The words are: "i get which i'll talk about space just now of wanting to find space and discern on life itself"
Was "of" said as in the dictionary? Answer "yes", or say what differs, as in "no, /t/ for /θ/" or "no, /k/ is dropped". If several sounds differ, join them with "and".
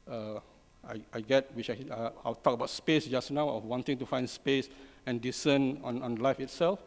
no, /w/ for /v/